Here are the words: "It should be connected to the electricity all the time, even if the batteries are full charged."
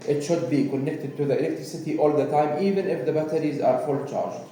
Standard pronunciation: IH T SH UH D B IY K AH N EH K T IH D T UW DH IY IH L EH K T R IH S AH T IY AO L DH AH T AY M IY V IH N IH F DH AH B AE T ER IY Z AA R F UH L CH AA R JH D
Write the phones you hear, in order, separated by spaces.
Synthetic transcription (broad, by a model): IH T SH UH D B IY K AH N EH K T IH D T UW DH IY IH L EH K T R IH S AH T IY AO L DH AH T AY M IY V IH N IH F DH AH B AE T ER IY Z AA R F UH L CH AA R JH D